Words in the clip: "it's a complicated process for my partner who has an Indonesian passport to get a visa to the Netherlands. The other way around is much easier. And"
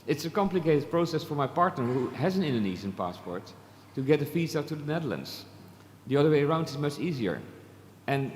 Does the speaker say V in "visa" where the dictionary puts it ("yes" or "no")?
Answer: no